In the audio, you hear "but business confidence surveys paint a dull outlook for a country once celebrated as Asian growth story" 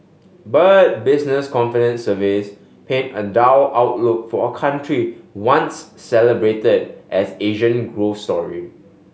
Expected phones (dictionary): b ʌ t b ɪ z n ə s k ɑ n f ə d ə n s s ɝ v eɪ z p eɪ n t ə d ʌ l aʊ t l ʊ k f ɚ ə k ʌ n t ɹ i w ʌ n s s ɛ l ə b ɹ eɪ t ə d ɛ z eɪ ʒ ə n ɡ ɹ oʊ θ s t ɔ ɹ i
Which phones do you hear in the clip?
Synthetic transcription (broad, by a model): b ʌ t b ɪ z n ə s k ɑ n f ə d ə n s s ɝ v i s p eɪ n ə d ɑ w aʊ t l ʊ k f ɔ ə k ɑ n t ɹ i w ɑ n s s ɛ l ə b ɹ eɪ t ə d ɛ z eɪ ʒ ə n ɡ ɹ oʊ f s t ɔ ɹ i